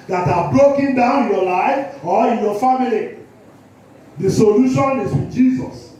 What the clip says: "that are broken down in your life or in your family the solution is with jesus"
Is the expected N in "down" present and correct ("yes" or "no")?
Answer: no